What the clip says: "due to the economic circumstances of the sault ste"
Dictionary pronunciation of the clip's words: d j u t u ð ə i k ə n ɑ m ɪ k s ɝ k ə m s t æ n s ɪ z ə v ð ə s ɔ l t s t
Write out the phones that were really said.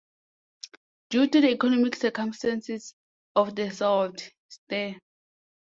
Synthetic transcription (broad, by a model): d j u t u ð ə i k ə n ɑ m ɪ k s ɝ k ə m s t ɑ n s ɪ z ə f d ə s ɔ w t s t